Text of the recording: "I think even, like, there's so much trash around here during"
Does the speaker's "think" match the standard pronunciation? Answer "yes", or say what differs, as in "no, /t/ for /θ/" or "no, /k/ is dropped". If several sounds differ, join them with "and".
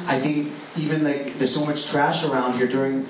yes